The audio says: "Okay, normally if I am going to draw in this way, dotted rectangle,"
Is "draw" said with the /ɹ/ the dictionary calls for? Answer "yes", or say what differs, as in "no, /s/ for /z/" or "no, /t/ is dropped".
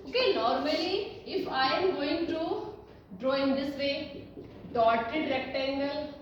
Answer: yes